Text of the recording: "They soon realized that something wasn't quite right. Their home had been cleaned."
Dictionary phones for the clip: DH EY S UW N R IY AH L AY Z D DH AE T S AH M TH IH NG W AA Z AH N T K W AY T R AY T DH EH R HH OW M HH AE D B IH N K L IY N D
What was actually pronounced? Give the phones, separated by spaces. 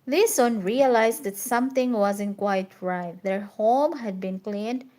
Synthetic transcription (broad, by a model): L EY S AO N R IY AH L AY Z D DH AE T S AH M T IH NG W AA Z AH N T K W AY T R AY T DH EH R HH OW M HH AE D B IH N K L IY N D